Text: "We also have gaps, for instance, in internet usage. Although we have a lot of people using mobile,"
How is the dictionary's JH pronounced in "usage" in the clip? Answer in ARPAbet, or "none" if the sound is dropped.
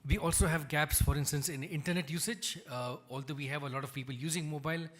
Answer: JH